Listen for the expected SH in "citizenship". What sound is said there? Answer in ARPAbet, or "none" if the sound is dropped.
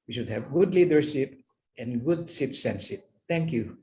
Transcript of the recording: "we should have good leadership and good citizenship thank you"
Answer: S